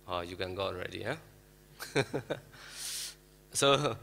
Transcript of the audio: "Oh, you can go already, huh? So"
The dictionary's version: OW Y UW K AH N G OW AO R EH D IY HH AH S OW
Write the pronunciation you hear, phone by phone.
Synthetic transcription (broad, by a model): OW Y UW K AH N G OW AO R EH D IY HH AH S OW